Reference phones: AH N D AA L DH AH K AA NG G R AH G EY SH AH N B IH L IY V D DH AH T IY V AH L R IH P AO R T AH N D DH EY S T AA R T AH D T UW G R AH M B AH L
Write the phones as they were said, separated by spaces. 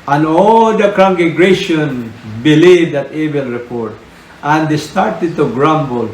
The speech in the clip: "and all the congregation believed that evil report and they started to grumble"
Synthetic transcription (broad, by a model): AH N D AA L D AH K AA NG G AH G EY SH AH N B IH L IY V D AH T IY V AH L R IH P AO R T AH N D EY S T AA R T AH D T UW G R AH M B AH L